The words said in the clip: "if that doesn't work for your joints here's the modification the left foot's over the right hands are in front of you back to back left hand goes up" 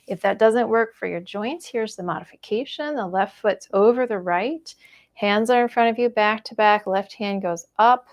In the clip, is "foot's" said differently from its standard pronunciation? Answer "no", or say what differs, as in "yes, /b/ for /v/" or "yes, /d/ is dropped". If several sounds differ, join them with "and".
no